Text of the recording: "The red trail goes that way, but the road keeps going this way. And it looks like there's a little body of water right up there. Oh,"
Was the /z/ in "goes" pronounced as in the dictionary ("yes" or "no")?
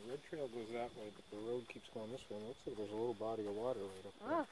yes